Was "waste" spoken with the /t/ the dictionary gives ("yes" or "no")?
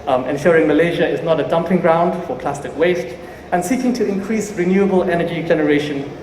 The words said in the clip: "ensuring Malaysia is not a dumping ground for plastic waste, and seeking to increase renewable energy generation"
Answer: yes